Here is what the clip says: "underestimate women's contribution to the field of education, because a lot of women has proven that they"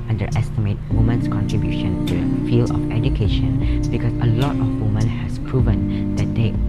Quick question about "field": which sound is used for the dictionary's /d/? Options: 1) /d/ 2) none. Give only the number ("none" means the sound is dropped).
2